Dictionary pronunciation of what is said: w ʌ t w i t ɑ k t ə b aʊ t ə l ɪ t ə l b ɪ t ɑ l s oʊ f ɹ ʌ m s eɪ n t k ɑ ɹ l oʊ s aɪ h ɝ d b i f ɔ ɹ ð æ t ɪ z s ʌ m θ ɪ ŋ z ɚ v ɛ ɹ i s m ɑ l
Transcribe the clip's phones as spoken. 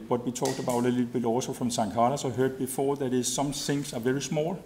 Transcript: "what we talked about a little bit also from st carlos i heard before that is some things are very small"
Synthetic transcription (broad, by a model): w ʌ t w i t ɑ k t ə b aʊ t ə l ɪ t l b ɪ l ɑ s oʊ f ɹ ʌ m s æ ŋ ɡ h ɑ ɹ oʊ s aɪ h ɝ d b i f ɔ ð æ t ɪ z s ʌ m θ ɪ ŋ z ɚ v ɛ ɹ i s m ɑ l